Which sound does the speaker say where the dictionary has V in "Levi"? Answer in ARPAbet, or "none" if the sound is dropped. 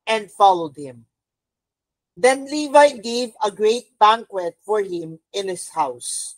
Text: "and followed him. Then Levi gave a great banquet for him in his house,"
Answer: V